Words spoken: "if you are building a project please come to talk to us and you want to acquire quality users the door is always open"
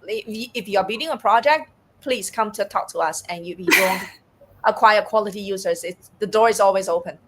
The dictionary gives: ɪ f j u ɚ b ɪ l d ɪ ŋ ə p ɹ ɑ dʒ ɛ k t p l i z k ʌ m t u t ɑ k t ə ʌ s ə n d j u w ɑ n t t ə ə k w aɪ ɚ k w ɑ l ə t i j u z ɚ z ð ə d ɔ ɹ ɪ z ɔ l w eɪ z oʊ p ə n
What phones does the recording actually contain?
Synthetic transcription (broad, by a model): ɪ f j u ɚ b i d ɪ ŋ ə p ɹ ɑ dʒ ɛ k t p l i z k ʌ m t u t ɑ k t ə ʌ s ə n j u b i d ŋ t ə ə k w aɪ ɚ k w ɑ l ə t i j u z ɚ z ð ə d ɔ ɹ ɪ z ɔ l w eɪ z oʊ p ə n